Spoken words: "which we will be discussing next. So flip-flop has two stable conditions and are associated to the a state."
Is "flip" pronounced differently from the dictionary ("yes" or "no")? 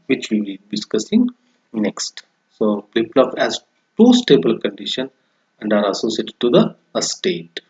yes